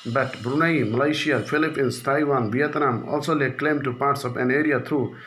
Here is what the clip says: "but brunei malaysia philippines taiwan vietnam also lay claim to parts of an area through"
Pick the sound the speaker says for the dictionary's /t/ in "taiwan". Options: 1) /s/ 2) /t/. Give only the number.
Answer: 2